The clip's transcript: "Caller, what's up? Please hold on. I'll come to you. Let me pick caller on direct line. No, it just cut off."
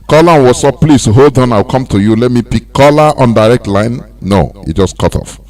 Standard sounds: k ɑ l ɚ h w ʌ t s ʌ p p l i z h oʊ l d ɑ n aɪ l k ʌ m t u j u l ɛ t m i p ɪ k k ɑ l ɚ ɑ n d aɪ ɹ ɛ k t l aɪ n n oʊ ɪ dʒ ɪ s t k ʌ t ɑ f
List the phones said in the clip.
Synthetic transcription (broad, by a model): k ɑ l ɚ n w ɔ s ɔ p p l i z h oʊ l d ɑ n aɪ w k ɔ m t u j u l ɛ t m i p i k k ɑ l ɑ ɑ n d aɪ ɹ ɛ k t l aɪ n n oʊ ɪ dʒ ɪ s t k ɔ t ɑ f